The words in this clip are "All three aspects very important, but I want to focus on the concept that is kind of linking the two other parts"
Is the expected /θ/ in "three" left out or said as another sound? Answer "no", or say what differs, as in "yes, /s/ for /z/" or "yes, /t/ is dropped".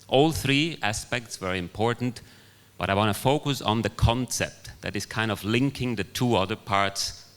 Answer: no